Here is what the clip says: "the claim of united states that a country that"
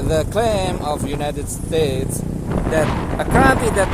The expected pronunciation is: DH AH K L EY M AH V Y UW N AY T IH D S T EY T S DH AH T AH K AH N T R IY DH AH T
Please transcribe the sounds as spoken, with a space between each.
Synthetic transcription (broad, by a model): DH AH K L EY M AH V Y UW N AY T IH D S T EY T S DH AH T AH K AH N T IY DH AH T